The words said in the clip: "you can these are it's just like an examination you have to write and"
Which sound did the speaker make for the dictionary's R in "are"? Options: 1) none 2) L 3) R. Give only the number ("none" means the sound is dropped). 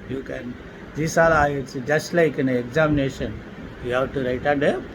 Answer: 2